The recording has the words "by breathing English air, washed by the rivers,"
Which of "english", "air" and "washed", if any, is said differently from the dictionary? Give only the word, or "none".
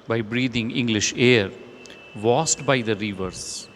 washed